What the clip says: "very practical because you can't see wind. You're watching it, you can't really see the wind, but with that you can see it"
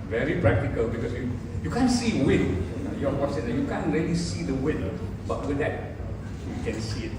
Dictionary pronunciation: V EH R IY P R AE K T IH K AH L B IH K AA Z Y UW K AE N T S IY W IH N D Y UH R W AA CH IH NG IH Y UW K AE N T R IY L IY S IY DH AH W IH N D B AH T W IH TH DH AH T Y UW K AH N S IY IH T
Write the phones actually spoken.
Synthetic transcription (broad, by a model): V EH R IY P R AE K T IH K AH L B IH K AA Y Y UW K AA N S IY W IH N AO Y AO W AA S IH IH Y UW K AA N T R IY L IY S IY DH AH W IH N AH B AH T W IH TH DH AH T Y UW K AH N S IY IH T